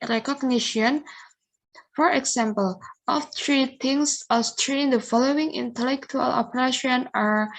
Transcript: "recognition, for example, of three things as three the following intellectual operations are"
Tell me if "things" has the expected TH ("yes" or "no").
no